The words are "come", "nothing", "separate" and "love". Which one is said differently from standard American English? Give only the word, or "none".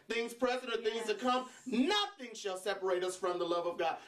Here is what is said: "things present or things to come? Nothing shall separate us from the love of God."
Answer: none